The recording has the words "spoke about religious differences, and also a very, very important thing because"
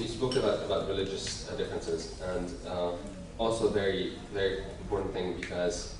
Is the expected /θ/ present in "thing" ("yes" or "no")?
yes